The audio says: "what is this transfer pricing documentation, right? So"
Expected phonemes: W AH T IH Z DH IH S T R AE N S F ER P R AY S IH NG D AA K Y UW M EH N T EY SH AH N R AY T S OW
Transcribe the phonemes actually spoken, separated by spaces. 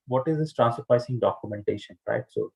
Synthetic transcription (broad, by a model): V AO T IH Z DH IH S T R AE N S ER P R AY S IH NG D AA K Y UW M EH N T EY SH AH N R AY T S OW